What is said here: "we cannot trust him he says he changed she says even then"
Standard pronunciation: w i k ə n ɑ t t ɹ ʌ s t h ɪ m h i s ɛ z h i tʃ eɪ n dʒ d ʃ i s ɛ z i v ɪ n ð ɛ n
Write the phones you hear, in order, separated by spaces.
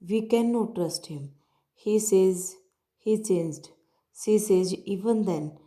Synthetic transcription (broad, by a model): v i k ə n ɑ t t ɹ ʌ s t h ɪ m h i s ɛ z h i tʃ eɪ n dʒ d s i s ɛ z i v ɪ n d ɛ n